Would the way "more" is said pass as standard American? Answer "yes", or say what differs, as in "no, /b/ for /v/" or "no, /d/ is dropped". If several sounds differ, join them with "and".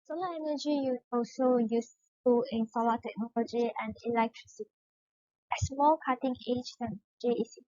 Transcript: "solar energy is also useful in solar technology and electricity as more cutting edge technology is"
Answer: no, /l/ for /ɹ/